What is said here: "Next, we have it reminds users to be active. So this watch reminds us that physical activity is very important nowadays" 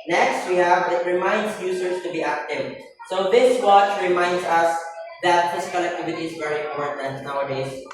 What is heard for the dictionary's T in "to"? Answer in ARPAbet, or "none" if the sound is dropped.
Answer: T